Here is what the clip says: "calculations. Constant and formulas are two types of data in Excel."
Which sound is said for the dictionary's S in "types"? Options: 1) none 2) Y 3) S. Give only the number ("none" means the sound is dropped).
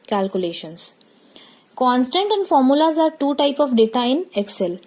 1